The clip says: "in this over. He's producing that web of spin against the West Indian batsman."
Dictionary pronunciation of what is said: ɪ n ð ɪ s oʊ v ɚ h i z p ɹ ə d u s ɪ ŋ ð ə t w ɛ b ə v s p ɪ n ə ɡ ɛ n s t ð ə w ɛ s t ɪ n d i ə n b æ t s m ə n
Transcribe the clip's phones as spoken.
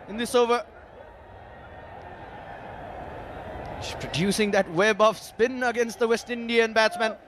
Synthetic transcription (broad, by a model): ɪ n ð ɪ s oʊ v ɚ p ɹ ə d u s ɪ ŋ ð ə t w ɛ b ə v s p ɪ n ə ɡ ɛ n s t ð ə w ɛ s t ɪ n d i ə n b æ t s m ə n